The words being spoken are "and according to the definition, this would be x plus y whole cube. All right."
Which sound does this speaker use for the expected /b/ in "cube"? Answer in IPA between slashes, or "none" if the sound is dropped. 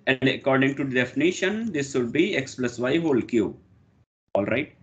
none